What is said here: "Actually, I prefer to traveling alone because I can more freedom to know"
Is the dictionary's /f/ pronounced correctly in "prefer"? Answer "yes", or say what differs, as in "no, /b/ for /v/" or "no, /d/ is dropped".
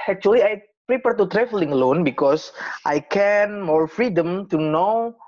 no, /p/ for /f/